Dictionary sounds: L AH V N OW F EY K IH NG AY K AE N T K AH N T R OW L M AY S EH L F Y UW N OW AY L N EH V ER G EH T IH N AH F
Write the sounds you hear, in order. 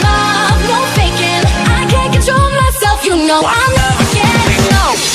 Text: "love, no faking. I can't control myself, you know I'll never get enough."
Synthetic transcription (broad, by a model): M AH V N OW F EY K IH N AY K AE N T K AH N T R OW L M AY S EH L F Y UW N OW AY L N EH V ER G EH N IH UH